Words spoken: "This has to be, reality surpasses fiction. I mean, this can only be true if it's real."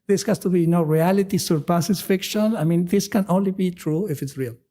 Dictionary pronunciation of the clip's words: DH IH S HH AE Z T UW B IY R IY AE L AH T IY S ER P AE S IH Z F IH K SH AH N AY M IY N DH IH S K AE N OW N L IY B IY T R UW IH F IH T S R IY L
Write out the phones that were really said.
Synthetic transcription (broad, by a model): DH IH S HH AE S T UW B IY R IY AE L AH T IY S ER P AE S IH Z F IH K SH AH N AY M IY N DH IH S K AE N OW N L IY B IY T R UW IH F IH T S R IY L